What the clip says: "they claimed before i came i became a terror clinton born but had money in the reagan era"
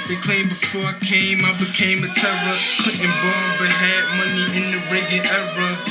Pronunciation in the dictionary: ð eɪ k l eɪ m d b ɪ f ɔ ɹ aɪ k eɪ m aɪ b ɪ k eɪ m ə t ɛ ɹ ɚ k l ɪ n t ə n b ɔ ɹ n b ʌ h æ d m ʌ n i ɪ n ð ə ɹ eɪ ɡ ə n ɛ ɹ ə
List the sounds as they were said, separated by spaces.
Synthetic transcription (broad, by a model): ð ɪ k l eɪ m b ɪ f ɔ ɹ aɪ k eɪ m aɪ b ɪ k eɪ m ə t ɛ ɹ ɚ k ɪ t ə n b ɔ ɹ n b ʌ h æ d m ʌ n i ɪ n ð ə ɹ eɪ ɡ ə ɛ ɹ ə